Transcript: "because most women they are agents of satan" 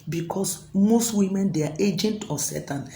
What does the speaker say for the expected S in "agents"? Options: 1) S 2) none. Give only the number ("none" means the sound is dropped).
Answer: 2